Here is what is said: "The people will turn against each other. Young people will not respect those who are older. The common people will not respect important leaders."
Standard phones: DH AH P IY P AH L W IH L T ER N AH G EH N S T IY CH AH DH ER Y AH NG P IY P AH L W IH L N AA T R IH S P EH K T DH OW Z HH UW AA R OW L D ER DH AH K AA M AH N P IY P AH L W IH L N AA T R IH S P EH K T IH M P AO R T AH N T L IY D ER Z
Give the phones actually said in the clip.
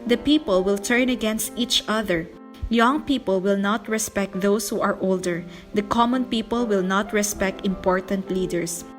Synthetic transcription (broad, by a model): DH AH P IY P AH L W IH L T ER N AH G EH N S T IY CH AH DH ER Y AH NG P IY P AH L W IH L N AA T R IH S P EH K T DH OW S HH UW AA R OW L D ER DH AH K AA M AH N P IY P AH L W IH L N AA T R IH S P EH K T IH M P AO R T AH N T L IY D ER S